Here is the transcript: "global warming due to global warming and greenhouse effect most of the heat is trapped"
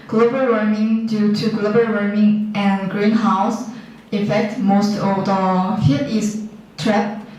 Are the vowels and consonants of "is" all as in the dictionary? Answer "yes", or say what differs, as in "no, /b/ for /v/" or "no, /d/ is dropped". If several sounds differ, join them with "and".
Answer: no, /s/ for /z/